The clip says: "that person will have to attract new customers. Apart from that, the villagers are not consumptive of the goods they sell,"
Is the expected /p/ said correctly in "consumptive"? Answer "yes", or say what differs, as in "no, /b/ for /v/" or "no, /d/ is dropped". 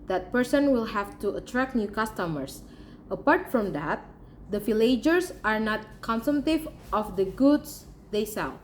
no, /p/ is dropped